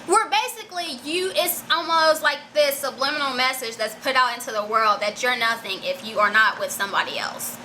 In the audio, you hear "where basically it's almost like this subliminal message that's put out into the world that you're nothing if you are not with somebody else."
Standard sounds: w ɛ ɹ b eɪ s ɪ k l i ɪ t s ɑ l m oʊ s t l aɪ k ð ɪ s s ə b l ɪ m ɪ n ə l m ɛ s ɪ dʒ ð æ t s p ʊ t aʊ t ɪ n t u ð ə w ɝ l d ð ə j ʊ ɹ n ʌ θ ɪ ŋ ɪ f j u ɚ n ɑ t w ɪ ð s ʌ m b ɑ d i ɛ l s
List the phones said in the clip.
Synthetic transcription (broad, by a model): w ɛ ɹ b eɪ s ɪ k l i ɪ t s ɑ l m oʊ s t l aɪ k ð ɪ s s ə b l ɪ m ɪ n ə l m ɛ s ɪ dʒ ð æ t s p ʊ t aʊ t ɪ n t u ð ə w ɝ l d ð ə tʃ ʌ ɹ n ʌ θ ɪ ŋ ɪ f j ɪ ɚ n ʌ t w ɪ ð s ʌ m b ɑ d i ɛ l s